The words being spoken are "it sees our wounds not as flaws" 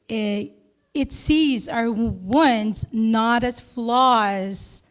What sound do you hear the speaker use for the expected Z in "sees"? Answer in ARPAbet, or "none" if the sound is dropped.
Z